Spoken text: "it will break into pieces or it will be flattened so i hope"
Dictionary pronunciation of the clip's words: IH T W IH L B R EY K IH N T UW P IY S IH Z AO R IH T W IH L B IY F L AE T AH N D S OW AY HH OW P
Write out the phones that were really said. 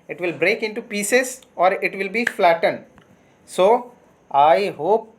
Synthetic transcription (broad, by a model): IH T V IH L B R EY K IH N T UW P IY S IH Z AO R IH T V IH L B IY F L AE T AH N D S OW AY HH OW P